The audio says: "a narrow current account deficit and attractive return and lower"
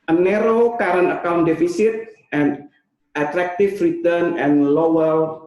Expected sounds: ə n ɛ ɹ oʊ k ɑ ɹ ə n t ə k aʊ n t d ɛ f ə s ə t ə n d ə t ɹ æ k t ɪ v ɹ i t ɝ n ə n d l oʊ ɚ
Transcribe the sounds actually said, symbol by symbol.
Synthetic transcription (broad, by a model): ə n ɛ ɹ oʊ k ɑ ɹ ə n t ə k aʊ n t d ɛ f ə s ə t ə n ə t ɹ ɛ k t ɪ f ɹ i t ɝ n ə n l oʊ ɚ